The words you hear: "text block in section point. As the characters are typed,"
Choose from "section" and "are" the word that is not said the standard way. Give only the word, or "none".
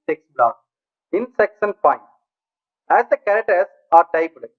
section